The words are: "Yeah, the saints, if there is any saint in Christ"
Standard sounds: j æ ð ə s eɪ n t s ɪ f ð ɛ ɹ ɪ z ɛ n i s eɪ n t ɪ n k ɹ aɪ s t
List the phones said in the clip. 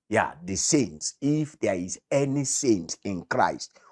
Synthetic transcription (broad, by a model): j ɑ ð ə s eɪ n t s ɪ f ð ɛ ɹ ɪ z ɛ n i s eɪ n t ɪ n k ɹ aɪ s t